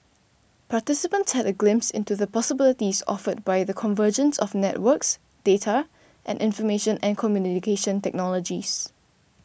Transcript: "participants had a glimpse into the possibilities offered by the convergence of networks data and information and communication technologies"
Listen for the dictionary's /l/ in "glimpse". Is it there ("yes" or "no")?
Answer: yes